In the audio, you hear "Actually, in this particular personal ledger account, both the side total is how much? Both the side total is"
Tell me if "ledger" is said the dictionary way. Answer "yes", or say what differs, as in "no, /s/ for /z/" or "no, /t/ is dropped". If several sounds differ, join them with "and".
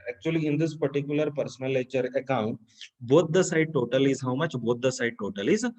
no, /tʃ/ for /dʒ/